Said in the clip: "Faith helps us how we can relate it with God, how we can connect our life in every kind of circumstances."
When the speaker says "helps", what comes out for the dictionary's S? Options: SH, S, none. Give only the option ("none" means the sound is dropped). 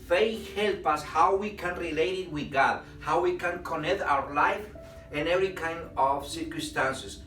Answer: none